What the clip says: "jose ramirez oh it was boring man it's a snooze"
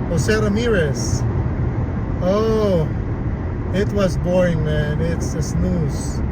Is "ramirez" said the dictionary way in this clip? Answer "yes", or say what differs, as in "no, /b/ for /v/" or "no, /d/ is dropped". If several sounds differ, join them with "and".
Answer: no, /s/ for /z/